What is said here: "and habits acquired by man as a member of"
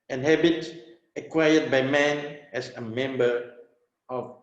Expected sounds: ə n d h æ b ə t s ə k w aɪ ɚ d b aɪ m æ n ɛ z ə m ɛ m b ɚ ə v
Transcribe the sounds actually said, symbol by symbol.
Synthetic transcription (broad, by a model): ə n h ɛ b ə t ə k w aɪ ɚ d b aɪ m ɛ n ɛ s ə m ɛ m b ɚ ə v